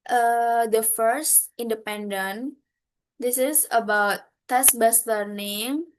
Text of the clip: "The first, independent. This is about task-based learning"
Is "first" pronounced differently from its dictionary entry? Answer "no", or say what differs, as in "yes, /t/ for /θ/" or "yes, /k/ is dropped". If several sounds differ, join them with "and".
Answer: no